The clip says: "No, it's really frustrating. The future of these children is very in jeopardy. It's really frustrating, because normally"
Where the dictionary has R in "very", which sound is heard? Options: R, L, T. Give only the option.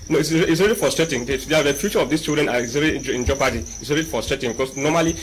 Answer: L